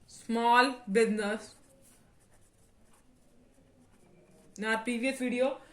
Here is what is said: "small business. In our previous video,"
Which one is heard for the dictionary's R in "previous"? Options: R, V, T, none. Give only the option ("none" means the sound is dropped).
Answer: none